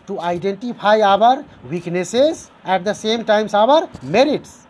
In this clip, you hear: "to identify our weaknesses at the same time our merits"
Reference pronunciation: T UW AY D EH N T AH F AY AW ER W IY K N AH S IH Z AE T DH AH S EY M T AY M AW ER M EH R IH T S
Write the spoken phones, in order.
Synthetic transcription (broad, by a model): T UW AY D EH N T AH P AY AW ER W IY K N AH S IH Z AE T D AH S EY M T AY M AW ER M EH R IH T S